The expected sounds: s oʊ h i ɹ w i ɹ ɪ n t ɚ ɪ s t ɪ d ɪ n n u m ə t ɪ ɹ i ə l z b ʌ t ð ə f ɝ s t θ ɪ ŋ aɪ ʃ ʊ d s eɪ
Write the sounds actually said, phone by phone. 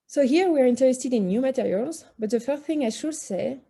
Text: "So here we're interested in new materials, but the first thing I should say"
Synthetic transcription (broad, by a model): s oʊ h i ɹ w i ɹ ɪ n t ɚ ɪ s t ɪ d ɪ n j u m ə t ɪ ɹ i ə l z b ʌ t ð ə f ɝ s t θ ɪ ŋ aɪ ʃ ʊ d s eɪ